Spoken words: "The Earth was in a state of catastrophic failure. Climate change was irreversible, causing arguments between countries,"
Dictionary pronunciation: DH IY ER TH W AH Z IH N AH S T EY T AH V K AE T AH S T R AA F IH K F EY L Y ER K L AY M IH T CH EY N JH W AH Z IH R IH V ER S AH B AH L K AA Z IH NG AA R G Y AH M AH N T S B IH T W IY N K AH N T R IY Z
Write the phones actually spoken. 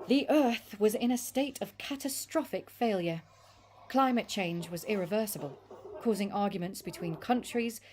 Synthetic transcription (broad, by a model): DH IY ER TH W AH Z IH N AH S T EY T AH V K AE T AH S T R AA F IH K F EY L Y ER K L AY M IH T CH EY N JH W AH Z IH R IH V ER S AH B AH L K AA Z IH NG AA R G Y AH M AH N T S B IH T W IY N K AH N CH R IY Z